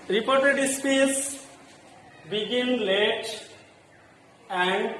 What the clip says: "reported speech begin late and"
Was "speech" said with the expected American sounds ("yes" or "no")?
no